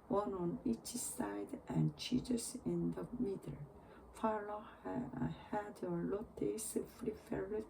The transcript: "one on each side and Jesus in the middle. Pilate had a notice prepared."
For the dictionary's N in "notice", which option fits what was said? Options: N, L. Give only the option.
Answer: L